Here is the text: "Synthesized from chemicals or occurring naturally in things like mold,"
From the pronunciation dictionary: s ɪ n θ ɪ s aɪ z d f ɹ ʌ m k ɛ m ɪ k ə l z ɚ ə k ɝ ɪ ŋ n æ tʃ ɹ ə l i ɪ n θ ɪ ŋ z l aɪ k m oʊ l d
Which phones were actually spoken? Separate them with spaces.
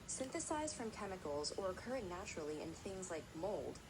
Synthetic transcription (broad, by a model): s ɪ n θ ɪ s aɪ z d f ɹ ʌ m k ɛ m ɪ k l z ɚ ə k ɝ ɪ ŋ n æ tʃ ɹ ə l i ɪ n θ ɪ ŋ z l aɪ k m oʊ l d